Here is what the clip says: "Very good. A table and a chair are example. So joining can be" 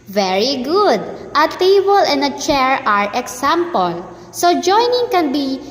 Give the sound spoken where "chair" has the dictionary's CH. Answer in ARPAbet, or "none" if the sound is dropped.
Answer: CH